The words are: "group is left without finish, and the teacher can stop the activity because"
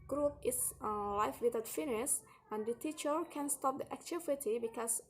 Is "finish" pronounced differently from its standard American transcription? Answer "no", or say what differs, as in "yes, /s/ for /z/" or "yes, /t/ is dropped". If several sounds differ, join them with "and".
yes, /s/ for /ʃ/